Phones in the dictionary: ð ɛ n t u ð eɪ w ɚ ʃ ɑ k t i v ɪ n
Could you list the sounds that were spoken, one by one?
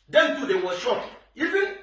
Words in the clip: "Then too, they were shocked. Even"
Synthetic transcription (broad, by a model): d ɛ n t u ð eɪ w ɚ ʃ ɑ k i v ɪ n